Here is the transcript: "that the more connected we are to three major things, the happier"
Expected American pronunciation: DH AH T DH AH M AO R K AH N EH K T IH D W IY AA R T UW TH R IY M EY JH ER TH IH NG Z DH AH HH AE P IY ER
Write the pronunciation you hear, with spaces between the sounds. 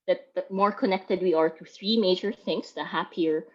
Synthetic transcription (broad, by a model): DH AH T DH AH M AO R K AH N EH K T IH D W IY AA R T UW TH R IY M EY JH ER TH IH NG S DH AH HH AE P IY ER